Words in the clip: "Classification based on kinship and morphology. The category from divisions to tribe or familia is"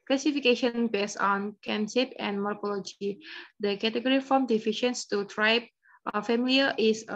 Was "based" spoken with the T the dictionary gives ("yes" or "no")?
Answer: no